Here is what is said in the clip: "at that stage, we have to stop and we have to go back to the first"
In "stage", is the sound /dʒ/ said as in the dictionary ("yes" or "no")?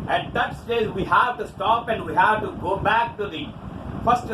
no